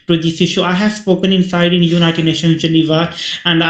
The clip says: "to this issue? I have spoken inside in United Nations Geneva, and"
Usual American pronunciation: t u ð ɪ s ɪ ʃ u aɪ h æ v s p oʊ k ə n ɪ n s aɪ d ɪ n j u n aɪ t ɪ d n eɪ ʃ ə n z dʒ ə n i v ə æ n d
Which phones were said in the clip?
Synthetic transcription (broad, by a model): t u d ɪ s ɪ ʃ u aɪ h æ v s p oʊ k ə n ɪ n s aɪ d ɪ n j u n aɪ t ɪ d n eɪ ʃ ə n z dʒ ə n i v ə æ n d